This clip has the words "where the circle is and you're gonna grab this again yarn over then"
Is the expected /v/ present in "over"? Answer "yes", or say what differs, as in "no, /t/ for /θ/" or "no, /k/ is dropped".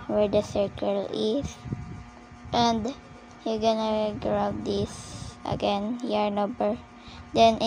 no, /b/ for /v/